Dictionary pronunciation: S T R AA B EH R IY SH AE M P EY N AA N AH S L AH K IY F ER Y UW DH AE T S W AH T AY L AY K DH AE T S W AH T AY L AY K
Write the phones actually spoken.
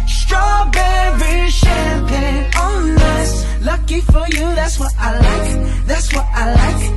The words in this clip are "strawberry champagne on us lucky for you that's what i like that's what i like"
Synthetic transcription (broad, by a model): S T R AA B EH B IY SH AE P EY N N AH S L AH K IY F ER Y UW DH AE T S W AH T AY L AY K DH AE T S W AH T AY L AY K